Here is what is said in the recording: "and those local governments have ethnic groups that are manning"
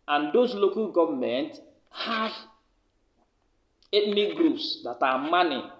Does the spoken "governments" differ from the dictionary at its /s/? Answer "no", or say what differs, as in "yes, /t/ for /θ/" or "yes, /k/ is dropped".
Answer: yes, /s/ is dropped